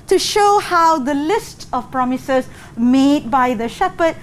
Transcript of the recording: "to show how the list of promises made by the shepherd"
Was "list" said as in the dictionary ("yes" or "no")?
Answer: yes